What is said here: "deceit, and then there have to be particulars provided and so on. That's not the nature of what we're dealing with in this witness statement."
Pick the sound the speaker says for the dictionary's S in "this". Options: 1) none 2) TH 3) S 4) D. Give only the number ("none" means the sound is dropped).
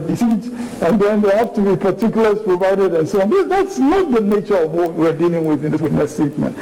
1